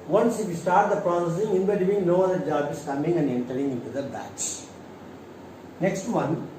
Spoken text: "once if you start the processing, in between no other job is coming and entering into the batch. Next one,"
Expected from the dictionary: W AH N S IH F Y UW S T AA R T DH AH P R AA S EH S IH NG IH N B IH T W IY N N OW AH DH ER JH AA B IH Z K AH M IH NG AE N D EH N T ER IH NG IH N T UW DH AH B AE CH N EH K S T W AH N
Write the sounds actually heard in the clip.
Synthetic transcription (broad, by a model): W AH N S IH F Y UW S T AA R T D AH P R AA S EH S IH NG IH N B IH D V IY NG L OW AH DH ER JH AA B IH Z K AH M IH NG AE N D EH N T ER IH NG IH N T UW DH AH B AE S N EH K S T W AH N